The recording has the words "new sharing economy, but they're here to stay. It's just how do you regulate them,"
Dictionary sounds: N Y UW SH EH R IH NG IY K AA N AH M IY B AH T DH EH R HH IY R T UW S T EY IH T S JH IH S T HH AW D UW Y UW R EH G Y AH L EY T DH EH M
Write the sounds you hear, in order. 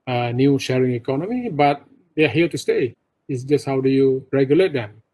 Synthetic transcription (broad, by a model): N Y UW SH EH R IH NG IY K AA N AH M IY B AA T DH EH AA HH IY L T UW S T EY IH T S JH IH S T HH AW D UW Y UW R EH G Y AH L EY T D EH M